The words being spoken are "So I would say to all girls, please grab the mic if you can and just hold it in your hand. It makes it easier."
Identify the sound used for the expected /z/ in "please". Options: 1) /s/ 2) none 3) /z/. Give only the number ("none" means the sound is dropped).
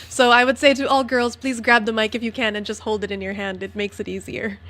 3